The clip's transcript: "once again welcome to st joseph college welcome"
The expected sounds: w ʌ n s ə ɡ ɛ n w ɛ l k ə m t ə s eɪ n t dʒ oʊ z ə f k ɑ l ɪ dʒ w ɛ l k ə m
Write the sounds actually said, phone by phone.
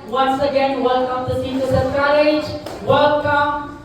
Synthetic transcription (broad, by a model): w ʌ n s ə ɡ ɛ n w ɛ l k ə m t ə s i t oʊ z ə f k ɑ l ɪ dʒ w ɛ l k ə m